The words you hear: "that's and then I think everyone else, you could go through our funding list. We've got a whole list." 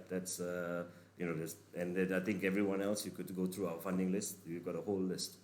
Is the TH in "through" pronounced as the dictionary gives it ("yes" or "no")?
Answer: no